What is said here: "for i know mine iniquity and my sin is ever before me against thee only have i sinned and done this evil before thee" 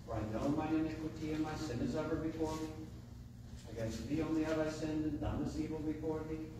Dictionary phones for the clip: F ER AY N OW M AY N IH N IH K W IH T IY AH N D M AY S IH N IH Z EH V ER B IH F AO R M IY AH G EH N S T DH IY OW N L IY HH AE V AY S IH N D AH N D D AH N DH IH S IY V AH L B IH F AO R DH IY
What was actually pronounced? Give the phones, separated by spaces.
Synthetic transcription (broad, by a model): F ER AY N OW M AY IH N IH K W IH T IY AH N M AY S IH N IH Z EH V ER B IH F AO R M IY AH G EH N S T DH IY OW N L IY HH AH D AY S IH N D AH N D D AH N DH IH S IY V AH L B IH F AO R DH IY